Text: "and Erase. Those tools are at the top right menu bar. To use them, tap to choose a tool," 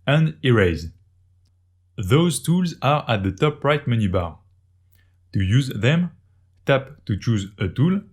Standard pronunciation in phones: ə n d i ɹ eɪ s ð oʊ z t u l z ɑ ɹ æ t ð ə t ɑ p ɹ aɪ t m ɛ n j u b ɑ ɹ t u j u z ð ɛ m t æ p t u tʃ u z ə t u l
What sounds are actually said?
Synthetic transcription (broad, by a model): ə n d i ɹ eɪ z ð oʊ z t u l z ɑ ɹ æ t ð ə t ɑ p ɹ aɪ t m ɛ n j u b ɑ ɹ t u j u z ð ɛ m t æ p t u tʃ u z ə t u l